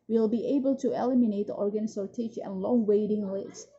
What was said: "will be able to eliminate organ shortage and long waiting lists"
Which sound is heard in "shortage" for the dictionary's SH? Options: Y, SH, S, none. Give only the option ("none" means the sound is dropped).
S